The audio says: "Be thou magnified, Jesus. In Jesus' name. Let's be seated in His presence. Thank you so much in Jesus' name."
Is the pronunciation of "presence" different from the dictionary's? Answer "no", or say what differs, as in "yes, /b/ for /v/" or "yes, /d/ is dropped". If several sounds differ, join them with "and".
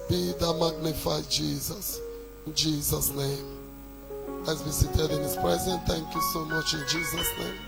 yes, /s/ is dropped